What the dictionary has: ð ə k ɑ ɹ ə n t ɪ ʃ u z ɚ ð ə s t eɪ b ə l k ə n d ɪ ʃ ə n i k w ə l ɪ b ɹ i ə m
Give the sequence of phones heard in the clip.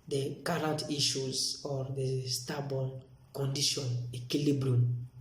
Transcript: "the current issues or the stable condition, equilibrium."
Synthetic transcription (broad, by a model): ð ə k ɑ ɹ ə n t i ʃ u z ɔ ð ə s t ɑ b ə n k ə n d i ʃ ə n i k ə l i b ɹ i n